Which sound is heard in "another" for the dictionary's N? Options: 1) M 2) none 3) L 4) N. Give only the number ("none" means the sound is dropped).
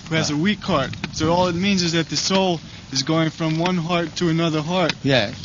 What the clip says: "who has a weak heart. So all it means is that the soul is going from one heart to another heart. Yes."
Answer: 4